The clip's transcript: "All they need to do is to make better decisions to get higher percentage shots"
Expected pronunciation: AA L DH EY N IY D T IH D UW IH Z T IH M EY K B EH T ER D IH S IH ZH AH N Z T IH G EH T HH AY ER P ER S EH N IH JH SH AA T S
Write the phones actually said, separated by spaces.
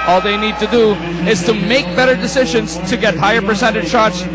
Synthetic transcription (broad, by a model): AA L DH EY N IY D T IH D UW IH Z T IH M EY K B EH T ER D IH S IH ZH AH N Z T IH G EH T HH AY ER P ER S EH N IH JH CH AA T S